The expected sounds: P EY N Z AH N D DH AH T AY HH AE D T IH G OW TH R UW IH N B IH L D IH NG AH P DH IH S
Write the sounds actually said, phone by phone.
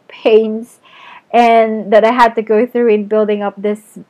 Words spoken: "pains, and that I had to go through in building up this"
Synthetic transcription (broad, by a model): P EY N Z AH N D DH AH T AY HH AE D T IH G OW TH R UW IH N B IH L D IH NG AH P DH IH S